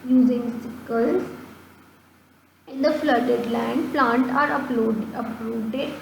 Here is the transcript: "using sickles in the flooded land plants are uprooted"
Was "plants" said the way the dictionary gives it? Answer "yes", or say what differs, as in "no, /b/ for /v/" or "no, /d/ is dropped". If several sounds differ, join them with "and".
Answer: no, /s/ is dropped